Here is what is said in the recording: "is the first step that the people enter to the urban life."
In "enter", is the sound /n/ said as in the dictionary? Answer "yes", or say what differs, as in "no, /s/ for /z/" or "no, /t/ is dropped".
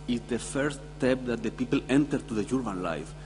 yes